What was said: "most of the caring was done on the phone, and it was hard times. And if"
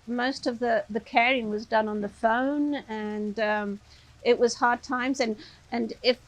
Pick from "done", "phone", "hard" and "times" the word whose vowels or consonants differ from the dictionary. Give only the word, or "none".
none